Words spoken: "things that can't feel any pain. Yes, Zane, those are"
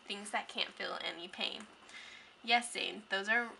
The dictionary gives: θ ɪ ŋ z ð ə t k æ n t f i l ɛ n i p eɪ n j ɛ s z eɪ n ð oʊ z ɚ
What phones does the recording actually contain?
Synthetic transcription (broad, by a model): θ ɪ ŋ z ð ə t k æ n t f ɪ l ɛ n i p eɪ n j ɛ s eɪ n ð oʊ z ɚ